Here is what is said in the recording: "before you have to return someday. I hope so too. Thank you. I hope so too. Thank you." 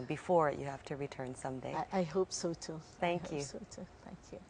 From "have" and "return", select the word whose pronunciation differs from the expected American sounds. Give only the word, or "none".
have